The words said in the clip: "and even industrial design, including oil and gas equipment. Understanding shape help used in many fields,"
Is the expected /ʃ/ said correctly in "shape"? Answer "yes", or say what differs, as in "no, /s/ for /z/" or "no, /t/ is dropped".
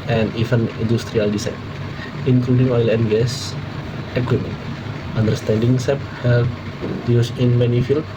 no, /s/ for /ʃ/